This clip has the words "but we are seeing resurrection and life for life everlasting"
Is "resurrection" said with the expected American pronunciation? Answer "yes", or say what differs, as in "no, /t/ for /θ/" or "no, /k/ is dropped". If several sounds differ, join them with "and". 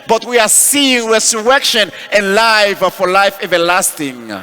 no, /w/ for /ɹ/ and /s/ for /z/